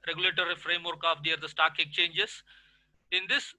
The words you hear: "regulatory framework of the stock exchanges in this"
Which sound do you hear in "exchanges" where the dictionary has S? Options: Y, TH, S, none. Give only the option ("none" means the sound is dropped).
none